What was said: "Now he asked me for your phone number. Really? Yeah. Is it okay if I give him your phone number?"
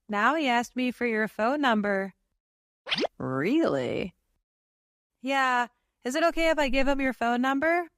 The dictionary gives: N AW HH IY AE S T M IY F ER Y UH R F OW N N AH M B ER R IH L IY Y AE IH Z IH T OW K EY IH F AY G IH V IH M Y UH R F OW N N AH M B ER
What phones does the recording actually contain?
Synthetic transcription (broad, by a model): N AW HH IY AE S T M IY F ER Y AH R F OW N N AH M B ER R IH L IY Y AE IH Z IH T OW K EY IH F AY G IH V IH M Y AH R F OW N N AH M B ER